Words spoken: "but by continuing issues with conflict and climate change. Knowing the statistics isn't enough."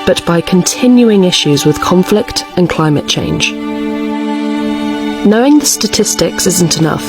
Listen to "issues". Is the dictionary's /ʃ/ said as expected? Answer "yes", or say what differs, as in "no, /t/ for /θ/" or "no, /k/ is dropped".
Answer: yes